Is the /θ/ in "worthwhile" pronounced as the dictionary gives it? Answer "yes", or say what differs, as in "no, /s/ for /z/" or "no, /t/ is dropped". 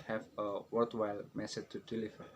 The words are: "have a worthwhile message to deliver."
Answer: no, /t/ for /θ/